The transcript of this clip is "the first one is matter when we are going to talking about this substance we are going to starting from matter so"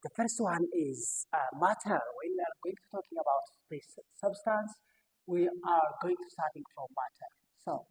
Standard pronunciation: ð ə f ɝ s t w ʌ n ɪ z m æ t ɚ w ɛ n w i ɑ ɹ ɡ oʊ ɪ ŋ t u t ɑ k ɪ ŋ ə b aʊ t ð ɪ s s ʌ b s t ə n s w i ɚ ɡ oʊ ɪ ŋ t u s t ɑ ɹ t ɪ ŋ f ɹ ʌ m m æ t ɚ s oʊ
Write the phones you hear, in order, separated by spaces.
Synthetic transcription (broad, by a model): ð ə f ɝ s t w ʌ n ɪ z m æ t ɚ w ɛ n w i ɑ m ɡ oʊ ɪ ŋ t u t ɑ k ɪ ŋ ə b aʊ t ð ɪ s s ʌ b s t ə n s w i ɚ ɡ oʊ ɪ ŋ t u s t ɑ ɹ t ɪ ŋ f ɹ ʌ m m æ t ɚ s oʊ